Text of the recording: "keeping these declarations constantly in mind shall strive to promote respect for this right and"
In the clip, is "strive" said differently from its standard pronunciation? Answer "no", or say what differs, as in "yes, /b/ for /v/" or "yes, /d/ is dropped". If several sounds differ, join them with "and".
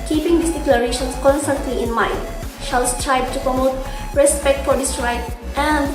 yes, /b/ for /v/